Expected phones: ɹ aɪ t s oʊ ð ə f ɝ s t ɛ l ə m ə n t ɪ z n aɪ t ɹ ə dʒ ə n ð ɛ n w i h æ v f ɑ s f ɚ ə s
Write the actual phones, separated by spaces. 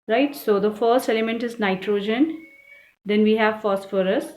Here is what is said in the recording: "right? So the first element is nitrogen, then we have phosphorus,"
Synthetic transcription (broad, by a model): ɹ aɪ t s oʊ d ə f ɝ s t ɛ l ə m ə n t ɪ z n aɪ t ɹ ə dʒ ə n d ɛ n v i h æ v f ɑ s f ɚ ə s